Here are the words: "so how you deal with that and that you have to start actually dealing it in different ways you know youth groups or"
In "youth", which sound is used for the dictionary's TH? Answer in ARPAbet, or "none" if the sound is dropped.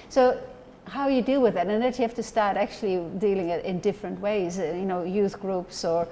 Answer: TH